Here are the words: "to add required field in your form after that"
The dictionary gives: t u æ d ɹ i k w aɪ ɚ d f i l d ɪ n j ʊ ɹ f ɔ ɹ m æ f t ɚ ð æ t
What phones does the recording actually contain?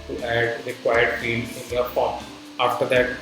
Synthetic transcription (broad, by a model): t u æ d ɹ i k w aɪ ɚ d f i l ɪ n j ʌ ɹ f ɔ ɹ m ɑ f t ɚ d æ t